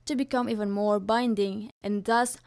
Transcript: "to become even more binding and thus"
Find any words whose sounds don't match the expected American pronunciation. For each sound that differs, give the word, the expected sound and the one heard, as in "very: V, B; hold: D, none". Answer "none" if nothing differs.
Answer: none